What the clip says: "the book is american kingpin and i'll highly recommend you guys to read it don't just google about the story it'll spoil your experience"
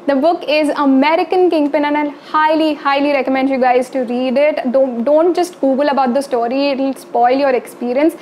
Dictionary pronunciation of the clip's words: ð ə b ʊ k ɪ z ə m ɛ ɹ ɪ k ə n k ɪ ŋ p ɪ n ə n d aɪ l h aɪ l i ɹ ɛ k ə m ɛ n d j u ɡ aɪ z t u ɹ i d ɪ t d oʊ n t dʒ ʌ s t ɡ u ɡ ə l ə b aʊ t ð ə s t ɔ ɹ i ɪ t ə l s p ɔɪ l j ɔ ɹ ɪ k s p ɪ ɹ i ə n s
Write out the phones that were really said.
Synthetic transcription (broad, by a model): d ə b ʊ k ɪ z ə m ɛ ɹ ɪ k ə n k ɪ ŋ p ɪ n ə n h aɪ l h aɪ l i ɹ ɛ k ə m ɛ n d j u ɡ aɪ z t u ɹ i d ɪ t d oʊ n t dʒ ʌ s t ɡ u ɡ ə l ə b aʊ t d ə s t ɔ ɹ i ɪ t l s p ɔɪ l j ɔ ɹ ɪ k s p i ɹ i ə n s